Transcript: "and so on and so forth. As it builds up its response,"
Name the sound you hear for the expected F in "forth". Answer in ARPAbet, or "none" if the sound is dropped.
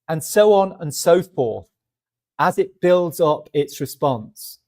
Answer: P